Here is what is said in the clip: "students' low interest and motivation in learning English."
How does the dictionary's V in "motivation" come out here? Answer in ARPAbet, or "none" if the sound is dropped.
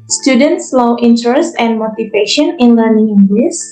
P